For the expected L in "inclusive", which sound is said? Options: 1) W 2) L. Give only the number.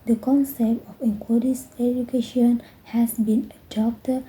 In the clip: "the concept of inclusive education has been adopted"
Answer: 1